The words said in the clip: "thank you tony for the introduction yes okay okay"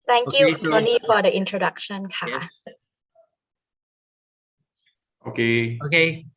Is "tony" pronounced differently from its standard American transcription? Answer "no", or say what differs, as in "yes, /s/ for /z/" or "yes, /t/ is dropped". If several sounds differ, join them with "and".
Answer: yes, /s/ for /t/